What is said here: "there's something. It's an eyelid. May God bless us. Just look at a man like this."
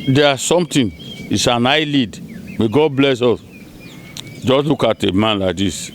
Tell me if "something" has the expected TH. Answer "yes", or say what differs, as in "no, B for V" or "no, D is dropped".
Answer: no, T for TH